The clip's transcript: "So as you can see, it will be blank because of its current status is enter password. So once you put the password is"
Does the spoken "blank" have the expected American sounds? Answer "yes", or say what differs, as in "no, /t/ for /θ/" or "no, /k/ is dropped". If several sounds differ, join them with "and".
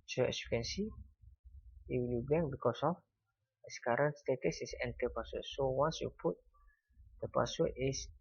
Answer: no, /l/ is dropped